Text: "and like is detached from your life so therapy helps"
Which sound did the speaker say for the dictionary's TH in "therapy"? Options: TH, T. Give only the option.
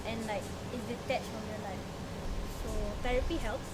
T